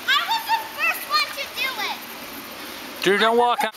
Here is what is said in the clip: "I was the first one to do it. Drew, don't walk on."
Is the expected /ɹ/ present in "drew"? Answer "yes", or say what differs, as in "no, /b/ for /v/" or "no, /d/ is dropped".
no, /ɹ/ is dropped